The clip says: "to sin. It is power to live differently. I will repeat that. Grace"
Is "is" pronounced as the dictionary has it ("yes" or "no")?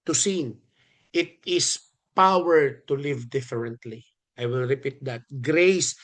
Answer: no